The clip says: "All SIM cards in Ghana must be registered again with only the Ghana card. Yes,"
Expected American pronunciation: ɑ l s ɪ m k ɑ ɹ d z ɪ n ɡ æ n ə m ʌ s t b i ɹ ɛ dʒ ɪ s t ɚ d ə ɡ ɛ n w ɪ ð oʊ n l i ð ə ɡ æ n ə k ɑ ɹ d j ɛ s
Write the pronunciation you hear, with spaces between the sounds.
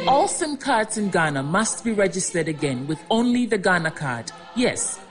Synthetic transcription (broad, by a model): ɑ l s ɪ m k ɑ ɹ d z ɪ n ɡ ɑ n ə m ʌ s t b i ɹ ɛ dʒ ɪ s t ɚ d ə ɡ ɛ n w ɪ ð oʊ n l i ð ə ɡ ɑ n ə k ɑ ɹ d j ɛ s